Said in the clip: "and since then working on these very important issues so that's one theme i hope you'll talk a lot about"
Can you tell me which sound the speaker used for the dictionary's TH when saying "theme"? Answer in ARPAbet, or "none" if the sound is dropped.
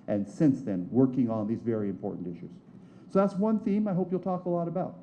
TH